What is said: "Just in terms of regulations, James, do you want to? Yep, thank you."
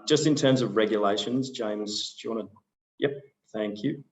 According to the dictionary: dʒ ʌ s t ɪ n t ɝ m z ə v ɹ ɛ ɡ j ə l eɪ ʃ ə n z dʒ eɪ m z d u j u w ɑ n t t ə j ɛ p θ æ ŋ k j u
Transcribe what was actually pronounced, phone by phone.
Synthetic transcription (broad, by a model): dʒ ʌ s t ɪ n t ɝ m z ə v ɹ ɛ ɡ j ə l eɪ ʃ ə n z dʒ eɪ m z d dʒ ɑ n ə j ɛ p θ æ ŋ k j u